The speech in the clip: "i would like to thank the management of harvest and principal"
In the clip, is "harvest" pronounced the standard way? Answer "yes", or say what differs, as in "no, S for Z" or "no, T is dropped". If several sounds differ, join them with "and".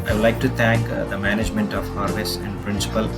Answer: no, T is dropped